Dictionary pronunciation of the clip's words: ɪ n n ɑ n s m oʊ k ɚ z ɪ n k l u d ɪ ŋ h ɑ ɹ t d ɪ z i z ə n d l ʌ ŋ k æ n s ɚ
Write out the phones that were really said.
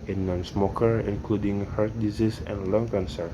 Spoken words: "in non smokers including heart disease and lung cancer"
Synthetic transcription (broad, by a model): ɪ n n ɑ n s m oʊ k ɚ ɪ n k l u d ɪ ŋ h ɑ ɹ t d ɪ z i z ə n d l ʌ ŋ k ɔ n s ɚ